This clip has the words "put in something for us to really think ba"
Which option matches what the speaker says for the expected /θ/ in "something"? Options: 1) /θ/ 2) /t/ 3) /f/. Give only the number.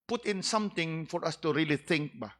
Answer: 2